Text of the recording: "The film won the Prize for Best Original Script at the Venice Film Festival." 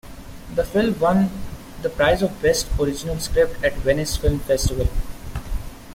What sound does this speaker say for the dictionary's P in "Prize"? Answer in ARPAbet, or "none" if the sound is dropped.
P